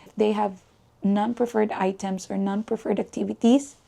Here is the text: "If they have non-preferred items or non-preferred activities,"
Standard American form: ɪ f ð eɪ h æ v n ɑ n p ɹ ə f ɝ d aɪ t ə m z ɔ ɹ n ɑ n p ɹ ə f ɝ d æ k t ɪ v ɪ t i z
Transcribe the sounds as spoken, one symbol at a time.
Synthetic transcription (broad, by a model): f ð eɪ h æ v n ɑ n p ɹ ə f ɝ d aɪ t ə m s ɔ ɹ n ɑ n p ɹ ə f ɝ d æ k t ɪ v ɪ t i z